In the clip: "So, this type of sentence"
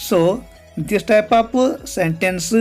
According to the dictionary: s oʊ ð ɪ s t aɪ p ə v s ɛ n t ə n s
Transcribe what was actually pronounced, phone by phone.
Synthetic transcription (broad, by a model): s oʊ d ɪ s t aɪ p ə p s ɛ n t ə n s